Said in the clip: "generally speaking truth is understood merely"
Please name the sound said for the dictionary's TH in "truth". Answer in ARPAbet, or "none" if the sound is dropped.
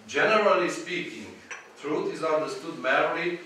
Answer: T